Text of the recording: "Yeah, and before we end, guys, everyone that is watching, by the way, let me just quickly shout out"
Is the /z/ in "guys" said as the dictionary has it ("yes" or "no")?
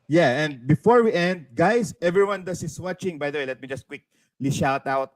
no